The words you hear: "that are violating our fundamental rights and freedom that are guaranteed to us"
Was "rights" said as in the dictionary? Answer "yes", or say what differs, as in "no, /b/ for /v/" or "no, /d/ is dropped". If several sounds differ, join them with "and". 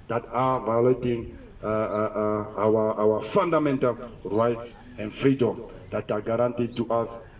yes